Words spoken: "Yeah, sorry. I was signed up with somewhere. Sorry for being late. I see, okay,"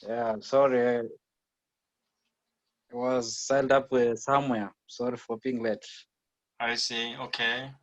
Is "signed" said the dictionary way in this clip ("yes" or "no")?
no